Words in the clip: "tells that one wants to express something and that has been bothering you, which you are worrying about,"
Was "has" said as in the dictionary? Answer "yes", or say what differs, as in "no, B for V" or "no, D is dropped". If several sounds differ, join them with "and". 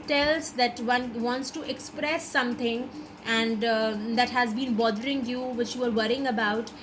yes